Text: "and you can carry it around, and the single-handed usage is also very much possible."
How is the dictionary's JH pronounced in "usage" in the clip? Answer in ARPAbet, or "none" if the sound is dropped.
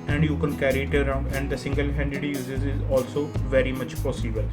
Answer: Z